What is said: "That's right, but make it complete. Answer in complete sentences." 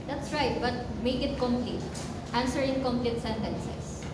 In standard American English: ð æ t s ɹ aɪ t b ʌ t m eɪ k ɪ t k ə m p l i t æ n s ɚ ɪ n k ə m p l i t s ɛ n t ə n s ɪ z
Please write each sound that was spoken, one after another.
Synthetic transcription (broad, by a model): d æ t s ɹ aɪ t b ʌ t m eɪ k ɪ t k ə m p l i t æ n s ɚ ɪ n k ə m p l i t s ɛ n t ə n s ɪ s